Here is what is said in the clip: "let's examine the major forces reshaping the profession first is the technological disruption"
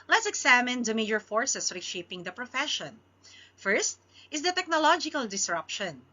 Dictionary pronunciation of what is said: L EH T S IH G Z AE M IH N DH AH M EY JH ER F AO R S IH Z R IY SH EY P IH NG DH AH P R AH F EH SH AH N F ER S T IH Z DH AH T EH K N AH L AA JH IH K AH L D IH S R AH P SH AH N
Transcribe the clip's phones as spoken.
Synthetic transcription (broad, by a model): L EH T S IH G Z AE M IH N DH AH M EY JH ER F AO R S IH S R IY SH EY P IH NG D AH P R AH F EH SH AH N F ER S T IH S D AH T EH K N AH L AA JH IH K AH L D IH S R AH P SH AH N